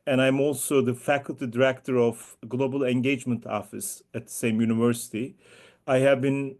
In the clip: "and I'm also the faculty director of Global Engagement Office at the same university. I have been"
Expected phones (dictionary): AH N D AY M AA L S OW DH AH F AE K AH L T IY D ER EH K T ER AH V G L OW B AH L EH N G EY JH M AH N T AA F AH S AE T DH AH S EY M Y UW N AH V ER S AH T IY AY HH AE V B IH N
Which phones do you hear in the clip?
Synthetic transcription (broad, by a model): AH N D AY M AA L S OW DH AH F AE K AH L T IY D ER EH K T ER AH V G L OW B AH L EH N G EY JH M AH N T AA F AH S AE T DH AH S EY M Y UW N AH V ER S AH T IY AY HH AE V B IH N